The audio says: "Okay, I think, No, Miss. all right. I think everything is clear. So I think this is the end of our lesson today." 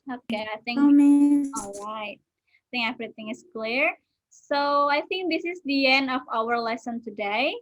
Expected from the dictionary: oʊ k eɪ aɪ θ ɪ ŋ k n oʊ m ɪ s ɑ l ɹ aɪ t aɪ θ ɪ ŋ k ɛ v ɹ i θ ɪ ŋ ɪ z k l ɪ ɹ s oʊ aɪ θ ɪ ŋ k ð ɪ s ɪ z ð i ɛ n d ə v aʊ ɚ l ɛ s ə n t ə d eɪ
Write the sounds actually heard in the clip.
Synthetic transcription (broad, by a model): oʊ k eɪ aɪ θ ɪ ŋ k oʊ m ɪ ɑ l ɹ aɪ t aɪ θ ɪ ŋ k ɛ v ɹ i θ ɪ ŋ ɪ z k l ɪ ɹ s oʊ aɪ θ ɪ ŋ k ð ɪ s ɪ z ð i ɛ n d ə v aʊ ɚ l ɛ s ə n t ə d eɪ